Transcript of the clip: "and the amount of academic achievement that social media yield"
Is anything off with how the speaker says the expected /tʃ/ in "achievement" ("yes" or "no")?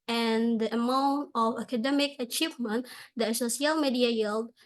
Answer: no